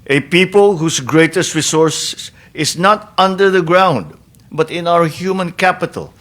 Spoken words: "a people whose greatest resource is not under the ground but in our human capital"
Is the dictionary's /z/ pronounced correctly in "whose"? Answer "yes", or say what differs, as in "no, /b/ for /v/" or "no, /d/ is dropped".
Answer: no, /s/ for /z/